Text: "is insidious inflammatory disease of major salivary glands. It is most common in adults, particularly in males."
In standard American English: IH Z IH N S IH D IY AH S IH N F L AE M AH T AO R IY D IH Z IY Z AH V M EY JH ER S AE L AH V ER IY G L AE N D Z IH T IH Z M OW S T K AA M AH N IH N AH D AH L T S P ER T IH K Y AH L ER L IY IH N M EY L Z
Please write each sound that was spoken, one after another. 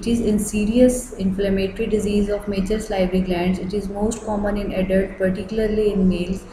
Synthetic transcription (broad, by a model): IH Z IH N S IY D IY AH S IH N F L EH M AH T R IY D IH Z IY Z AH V M EY CH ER S L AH B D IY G L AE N D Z IH T IH Z M OW S T K AA M AH N IH N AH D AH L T P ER T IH K Y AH L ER L IY IH N M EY L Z